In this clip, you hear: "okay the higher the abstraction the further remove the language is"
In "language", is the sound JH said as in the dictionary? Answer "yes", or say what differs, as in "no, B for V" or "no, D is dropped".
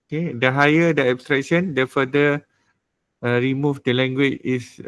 no, CH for JH